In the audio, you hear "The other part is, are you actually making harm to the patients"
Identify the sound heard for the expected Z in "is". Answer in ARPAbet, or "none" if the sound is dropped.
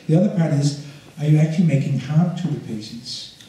Z